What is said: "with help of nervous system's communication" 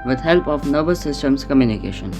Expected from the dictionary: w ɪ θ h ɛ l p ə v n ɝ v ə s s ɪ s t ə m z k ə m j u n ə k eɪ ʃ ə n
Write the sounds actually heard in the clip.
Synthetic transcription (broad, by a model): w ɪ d h ɛ l p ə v n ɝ b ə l s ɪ s t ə m s k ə m j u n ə k eɪ ʃ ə n